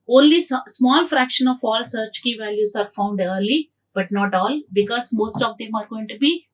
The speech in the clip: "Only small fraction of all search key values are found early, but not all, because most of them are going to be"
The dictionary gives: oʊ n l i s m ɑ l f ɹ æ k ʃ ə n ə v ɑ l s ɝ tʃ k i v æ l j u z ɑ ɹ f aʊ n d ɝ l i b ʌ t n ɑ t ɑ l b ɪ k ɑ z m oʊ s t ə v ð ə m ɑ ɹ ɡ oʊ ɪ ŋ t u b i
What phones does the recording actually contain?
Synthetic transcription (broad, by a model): oʊ n l i s m ɑ l f ɹ æ k ʃ ə n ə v ɑ l s ɝ tʃ k i v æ l j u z ɑ ɹ f aʊ n d ɝ l i b ʌ t n ɑ t ɑ l b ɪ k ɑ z m oʊ s t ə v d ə m ɑ ɹ ɡ oʊ ɪ ŋ t u b i